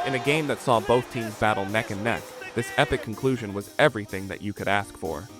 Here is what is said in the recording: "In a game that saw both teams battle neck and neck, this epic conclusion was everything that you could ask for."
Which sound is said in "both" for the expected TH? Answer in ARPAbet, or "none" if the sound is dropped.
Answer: TH